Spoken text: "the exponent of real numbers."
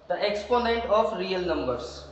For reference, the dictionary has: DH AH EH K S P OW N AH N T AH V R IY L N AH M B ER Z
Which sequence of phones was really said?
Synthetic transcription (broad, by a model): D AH EH K S P OW N AH N T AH F R IY L N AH M B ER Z